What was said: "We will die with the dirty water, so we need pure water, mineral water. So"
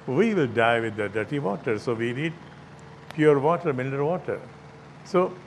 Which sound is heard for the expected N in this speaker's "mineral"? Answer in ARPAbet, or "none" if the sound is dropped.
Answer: L